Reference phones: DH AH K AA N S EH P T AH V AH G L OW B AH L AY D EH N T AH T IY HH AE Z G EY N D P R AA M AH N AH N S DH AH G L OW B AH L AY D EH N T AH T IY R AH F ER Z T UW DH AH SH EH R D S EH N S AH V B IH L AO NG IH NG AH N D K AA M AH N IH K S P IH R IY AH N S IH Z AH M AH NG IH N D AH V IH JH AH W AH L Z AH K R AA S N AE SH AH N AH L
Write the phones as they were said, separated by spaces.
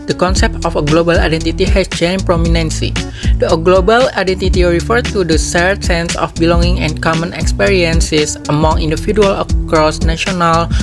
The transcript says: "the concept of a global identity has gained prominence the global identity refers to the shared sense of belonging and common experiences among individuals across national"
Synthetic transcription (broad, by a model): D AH K AA N S EH P T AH F AH G L OW B AH L AY D EH N T AH T IY HH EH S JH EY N P R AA M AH N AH N S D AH G L OW B AH L AY D EH N T AH T IY R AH F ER T UW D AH S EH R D S EH N S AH F B IH L AO NG IH NG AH N K AA M AH N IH K S P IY R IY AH N S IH S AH M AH NG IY N D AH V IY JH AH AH L AH K R AA S N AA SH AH N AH L